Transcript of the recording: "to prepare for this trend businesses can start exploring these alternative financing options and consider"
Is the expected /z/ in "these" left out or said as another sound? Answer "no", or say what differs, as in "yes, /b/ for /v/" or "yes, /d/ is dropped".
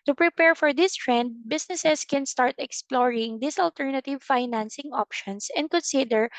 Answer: yes, /s/ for /z/